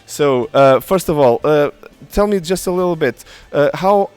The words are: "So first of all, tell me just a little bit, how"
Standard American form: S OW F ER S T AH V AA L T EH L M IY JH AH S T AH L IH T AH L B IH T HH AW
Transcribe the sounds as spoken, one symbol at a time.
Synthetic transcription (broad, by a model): S OW F ER S T AH V AA L T EH L M IY JH AH S T AH L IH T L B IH T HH AW